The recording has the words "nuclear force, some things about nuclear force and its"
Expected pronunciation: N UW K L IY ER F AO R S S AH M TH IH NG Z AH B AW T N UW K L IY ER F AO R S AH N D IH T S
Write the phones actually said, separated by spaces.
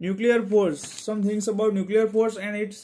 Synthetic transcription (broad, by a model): N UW K L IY ER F AO R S S AH M T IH NG S AH B AW T N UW K L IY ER F AO R S AH N D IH T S